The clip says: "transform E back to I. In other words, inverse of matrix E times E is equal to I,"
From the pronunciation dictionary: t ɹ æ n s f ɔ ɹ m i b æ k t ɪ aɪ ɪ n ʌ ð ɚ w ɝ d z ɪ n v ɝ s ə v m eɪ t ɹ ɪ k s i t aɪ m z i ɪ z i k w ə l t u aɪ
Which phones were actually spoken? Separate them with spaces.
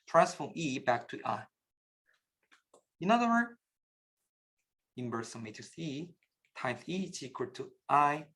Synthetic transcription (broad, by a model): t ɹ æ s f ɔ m i b æ k t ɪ aɪ ɪ n ʌ ð ɚ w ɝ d ɪ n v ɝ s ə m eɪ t ɪ s i t aɪ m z i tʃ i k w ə t u aɪ